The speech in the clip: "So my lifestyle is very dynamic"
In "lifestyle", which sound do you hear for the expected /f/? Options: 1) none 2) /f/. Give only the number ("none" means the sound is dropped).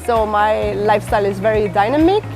2